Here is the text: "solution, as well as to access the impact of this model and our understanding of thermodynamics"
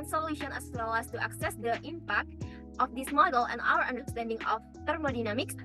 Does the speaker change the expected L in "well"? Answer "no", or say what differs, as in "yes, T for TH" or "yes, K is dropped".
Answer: yes, W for L